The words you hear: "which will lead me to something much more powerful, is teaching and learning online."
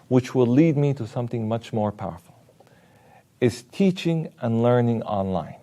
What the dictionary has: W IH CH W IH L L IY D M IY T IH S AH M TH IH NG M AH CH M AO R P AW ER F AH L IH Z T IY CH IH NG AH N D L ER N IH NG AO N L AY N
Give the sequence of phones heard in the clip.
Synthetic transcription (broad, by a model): W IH CH W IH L L IY D M IY T IH S AH M TH IH NG M AH CH M AO R P AW ER F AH L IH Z T IY CH IH NG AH N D L ER N IH NG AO N L AY N